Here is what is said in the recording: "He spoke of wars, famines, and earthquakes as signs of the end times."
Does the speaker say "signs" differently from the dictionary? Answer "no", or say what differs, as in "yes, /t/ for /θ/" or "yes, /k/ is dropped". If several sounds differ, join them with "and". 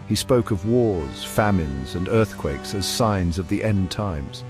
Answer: no